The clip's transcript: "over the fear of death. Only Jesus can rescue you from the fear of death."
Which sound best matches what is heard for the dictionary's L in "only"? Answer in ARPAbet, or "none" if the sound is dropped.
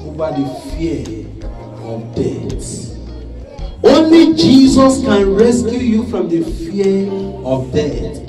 L